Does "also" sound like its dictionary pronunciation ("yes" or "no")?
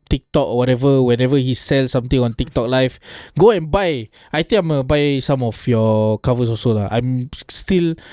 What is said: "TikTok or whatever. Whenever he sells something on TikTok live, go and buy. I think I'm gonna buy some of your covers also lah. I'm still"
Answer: no